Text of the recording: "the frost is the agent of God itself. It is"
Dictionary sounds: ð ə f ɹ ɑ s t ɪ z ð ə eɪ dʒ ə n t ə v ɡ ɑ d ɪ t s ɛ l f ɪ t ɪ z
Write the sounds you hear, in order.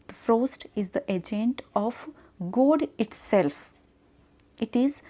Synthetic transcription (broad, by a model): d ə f ɹ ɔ s t ɪ z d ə eɪ dʒ ə n t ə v ɡ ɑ d ɪ t s ɛ l f ɪ t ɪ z